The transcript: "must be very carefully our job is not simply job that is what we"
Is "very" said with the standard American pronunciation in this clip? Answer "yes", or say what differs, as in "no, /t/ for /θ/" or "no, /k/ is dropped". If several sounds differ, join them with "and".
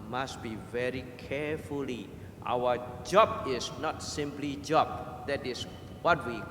yes